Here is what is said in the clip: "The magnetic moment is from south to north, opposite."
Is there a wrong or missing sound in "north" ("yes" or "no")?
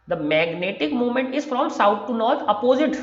yes